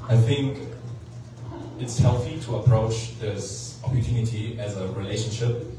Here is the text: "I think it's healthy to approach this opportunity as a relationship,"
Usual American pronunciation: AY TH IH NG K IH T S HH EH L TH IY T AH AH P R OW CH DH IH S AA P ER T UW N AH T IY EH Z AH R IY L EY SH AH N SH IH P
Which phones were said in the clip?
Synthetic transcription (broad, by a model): AY TH IH NG K IH T S HH EH L TH IY T AH AH P R OW CH DH IH S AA P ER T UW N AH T IY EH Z AH R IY L EY SH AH N SH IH P